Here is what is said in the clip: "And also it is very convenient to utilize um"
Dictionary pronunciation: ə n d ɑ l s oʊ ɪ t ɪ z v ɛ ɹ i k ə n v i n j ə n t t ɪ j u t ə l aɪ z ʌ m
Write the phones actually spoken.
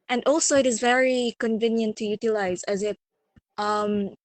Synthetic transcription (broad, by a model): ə n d ɑ l s oʊ ɪ t ɪ z v ɛ ɹ i k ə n v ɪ n j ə n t t ɪ j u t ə l aɪ z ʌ m